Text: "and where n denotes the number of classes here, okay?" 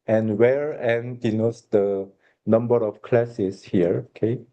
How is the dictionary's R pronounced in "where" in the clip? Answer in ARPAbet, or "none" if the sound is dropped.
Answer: R